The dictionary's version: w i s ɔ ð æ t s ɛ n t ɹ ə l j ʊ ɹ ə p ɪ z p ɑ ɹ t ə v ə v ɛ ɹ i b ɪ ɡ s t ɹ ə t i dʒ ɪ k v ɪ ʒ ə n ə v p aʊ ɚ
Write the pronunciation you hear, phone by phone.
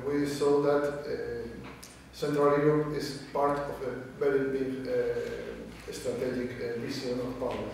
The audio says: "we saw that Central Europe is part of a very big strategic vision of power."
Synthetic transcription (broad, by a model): w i s ɔ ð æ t s ɛ n t ɹ ə l j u ɹ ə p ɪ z p ɑ ɹ t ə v ə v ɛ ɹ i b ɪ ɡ s t ɹ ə t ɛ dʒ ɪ k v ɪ s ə n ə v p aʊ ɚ